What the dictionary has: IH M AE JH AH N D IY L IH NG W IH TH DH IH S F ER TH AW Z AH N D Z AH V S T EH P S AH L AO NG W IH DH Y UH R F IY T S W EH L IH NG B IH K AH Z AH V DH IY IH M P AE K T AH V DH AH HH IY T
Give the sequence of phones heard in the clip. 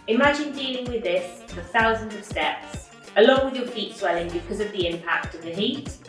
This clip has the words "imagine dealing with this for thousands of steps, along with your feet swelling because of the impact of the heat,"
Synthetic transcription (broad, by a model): IH M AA JH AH N D IY L IH NG W IH DH IH S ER TH AW Z AH N D Z AH V S T EH P S AH L AO NG W IH DH Y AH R F IY T S W EH L IH NG B IH K AH Z AH V DH IY IH M P AE K T AH V DH AH HH IY T